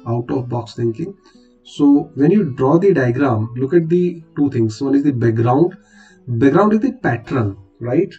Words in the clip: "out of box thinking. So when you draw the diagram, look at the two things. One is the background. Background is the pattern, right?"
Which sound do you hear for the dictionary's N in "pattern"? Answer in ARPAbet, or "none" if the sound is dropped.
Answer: L